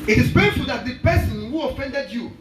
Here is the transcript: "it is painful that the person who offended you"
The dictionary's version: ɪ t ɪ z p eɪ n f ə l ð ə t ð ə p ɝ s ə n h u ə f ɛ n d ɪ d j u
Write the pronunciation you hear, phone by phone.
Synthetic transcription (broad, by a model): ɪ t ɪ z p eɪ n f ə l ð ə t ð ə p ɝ s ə n h u ə f ɛ n d ɪ d j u